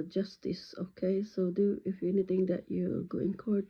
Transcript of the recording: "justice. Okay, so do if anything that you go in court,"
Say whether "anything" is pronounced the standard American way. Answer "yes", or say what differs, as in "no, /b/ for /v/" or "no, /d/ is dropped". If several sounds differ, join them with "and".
no, /t/ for /θ/